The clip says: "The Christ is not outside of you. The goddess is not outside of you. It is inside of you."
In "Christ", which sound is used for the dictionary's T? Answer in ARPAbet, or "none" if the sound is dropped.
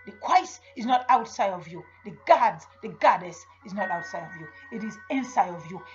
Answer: none